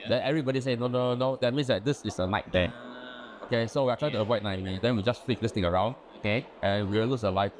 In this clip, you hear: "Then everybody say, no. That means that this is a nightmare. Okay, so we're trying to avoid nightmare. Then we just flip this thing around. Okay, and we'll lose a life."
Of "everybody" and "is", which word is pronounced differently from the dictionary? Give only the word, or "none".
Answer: is